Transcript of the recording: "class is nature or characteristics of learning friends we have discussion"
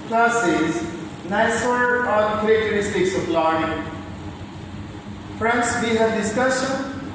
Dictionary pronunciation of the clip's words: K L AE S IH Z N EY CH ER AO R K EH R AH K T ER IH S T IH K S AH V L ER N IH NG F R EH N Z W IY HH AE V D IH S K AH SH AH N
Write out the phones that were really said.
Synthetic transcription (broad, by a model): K L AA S IH Z N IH S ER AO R K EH R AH K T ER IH S T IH K S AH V L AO IH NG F R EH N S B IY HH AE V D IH S K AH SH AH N